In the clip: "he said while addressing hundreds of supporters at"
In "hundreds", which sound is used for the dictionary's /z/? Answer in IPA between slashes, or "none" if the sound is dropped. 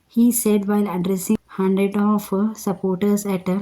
none